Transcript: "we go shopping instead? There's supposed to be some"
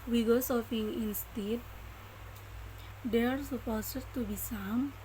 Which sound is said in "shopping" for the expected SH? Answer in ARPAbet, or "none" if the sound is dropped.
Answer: S